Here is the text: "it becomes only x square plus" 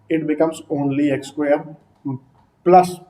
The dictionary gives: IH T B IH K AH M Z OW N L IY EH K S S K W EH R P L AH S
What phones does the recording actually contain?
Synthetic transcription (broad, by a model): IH T B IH K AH M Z OW N L IY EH K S S K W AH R P L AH S